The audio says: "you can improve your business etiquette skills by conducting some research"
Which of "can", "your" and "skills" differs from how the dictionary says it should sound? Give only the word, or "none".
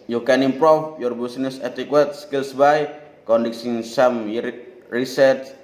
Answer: skills